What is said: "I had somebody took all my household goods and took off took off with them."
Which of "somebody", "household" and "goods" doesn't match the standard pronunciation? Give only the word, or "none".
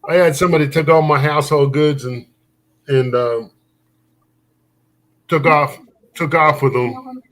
none